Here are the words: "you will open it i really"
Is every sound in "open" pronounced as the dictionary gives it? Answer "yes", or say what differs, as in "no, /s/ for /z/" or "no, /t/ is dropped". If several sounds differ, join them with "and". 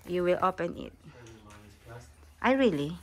yes